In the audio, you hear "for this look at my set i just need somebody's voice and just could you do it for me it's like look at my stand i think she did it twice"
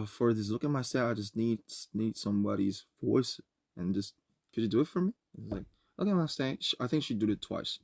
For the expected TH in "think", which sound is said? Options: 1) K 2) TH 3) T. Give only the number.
2